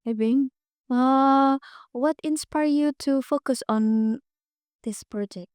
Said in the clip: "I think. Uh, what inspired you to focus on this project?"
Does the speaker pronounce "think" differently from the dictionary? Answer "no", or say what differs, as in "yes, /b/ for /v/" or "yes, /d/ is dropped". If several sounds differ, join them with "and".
yes, /k/ is dropped